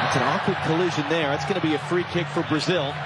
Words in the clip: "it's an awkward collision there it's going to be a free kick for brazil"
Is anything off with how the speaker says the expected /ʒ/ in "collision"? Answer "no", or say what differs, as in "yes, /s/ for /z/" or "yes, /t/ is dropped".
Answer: no